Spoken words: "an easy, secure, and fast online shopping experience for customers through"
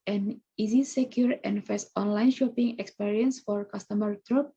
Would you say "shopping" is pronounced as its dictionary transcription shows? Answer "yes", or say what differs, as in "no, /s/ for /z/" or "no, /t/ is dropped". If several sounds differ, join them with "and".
yes